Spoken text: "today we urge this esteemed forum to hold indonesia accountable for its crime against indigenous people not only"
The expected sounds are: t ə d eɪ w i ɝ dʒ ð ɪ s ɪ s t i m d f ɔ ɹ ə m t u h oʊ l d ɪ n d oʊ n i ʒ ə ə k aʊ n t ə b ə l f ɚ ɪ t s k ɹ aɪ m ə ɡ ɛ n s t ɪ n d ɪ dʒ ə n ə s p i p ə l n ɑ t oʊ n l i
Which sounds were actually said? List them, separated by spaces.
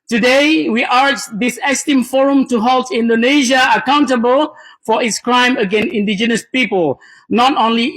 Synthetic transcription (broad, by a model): t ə d eɪ w i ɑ tʃ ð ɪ s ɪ s t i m f ɔ ɹ ə m t u h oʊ l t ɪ n d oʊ n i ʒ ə ə k aʊ n t ə b ə l f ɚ ɪ t s k ɹ aɪ m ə ɡ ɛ n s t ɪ n d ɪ dʒ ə n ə s p i p ə l n ɑ t oʊ n l i